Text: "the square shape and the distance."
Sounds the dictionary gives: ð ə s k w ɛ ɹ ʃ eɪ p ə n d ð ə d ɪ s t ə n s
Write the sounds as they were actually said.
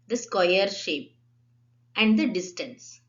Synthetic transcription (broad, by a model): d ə s k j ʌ ɹ ʃ eɪ p ə n d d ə d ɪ s t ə n s